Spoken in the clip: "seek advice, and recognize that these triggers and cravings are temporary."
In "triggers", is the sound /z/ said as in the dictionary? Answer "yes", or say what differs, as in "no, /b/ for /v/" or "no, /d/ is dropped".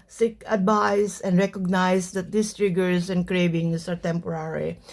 no, /s/ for /z/